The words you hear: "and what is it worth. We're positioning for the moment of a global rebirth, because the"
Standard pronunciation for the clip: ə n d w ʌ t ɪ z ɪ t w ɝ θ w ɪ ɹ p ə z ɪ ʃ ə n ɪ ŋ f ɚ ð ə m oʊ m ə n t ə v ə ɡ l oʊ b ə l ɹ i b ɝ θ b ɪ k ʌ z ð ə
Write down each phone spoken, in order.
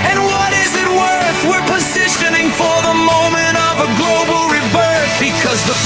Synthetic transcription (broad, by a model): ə n w ʌ t ɪ z ɪ t w ɝ θ w ɪ ɹ p ə z ɪ ʃ ə n ɪ ŋ f ɚ ð ə m oʊ m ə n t ə v ə ɡ l oʊ b l ɹ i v ɝ s b ɪ k ʌ z ð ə